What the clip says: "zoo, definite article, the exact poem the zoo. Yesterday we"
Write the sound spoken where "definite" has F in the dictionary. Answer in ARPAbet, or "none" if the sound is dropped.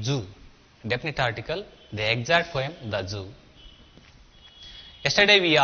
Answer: P